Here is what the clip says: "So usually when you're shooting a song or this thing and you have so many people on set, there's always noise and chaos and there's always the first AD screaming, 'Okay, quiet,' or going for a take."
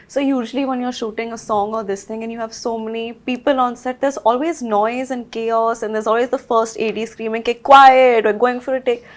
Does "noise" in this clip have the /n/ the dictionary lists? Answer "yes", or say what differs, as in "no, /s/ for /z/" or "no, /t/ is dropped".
yes